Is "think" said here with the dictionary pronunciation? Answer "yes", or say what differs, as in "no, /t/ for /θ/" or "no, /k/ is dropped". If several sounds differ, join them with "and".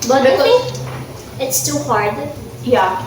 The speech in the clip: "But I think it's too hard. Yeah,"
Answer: no, /ŋ/ is dropped